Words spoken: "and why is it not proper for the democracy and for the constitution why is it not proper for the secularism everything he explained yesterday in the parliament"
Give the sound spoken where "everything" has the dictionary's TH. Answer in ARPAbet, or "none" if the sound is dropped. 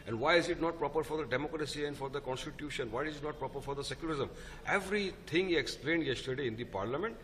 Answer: T